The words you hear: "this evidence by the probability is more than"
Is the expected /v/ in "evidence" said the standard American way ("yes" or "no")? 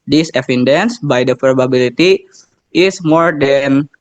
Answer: no